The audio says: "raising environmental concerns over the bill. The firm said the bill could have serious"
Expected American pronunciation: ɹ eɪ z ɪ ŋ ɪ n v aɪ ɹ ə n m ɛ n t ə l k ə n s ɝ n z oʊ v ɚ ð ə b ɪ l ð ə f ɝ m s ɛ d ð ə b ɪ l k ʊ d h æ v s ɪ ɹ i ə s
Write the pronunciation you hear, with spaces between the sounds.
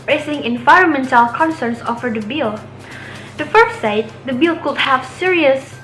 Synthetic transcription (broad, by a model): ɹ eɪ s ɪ ŋ ɪ n v aɪ ɹ ə n m ɛ n t ə l k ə n s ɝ n s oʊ f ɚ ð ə b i l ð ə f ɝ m s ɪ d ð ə b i l k ʊ d h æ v s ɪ ɹ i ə s